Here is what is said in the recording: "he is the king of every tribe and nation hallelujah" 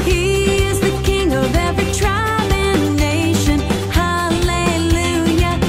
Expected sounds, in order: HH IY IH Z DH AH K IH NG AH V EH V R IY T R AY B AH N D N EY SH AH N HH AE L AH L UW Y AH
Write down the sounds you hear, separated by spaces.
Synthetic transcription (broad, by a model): HH IY IH Z DH AH K IH NG AH V EH V R IY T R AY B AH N N EY SH AH N HH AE L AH L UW Y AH